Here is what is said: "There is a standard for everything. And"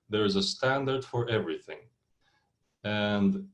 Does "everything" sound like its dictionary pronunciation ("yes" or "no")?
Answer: yes